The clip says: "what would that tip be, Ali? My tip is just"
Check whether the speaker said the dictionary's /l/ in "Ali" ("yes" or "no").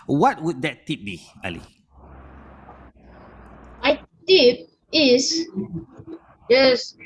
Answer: yes